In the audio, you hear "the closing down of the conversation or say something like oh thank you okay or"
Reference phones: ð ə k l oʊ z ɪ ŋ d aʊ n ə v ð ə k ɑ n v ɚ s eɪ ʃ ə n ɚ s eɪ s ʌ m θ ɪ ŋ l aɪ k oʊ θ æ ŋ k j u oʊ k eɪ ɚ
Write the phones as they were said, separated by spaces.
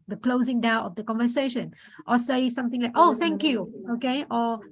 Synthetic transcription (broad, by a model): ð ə k l oʊ z ɪ ŋ d aʊ ə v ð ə k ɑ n v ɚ s eɪ ʃ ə n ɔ s eɪ s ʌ m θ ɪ ŋ l aɪ k oʊ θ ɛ ŋ k j u oʊ k eɪ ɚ